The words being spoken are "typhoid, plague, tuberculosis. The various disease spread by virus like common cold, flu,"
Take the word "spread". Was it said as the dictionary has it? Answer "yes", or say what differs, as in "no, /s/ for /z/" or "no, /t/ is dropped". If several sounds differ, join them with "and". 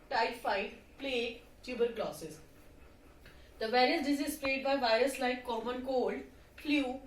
no, /l/ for /ɹ/